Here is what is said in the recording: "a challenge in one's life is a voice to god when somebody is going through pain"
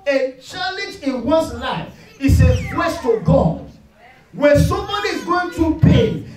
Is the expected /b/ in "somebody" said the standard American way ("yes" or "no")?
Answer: no